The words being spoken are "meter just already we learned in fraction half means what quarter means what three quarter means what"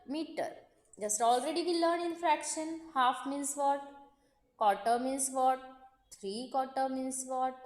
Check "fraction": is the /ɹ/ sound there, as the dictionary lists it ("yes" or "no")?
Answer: yes